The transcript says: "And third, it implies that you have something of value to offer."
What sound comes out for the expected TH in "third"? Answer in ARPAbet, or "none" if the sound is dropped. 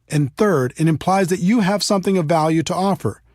TH